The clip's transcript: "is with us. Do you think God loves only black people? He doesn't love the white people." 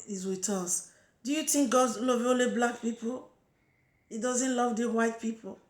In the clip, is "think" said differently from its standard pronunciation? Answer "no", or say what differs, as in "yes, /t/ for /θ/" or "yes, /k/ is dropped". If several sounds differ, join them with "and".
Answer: yes, /t/ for /θ/